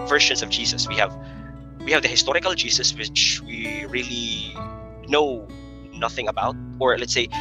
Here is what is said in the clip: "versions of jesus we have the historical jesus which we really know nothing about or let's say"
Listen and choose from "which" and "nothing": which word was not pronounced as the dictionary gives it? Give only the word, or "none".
none